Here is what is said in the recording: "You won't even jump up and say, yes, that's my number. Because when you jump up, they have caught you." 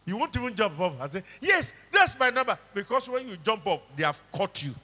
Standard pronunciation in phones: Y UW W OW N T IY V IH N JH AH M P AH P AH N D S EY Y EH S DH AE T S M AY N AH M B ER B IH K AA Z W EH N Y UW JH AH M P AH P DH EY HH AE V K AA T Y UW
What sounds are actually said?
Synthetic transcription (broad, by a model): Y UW W OW N T IY V IH N JH AH M P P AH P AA S EY Y EH S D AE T S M AY N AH M B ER B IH K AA S W EH N Y UW JH AH M P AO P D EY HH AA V K AA T Y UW